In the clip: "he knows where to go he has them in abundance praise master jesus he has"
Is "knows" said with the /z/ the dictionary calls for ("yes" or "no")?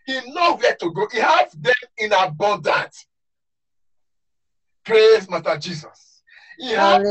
no